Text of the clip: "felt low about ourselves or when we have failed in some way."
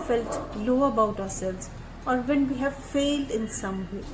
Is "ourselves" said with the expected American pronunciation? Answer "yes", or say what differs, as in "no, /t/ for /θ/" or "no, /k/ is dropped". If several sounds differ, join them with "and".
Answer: yes